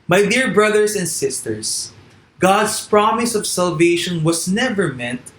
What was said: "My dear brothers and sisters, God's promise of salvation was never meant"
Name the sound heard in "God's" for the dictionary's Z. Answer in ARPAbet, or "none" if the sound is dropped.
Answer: S